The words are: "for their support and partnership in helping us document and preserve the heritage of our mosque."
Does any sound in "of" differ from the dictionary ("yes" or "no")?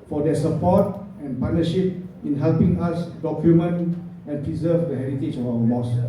yes